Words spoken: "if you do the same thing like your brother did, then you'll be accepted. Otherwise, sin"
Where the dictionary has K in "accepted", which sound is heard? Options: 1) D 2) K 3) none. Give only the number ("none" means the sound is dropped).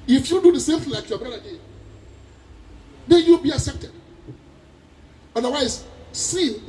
2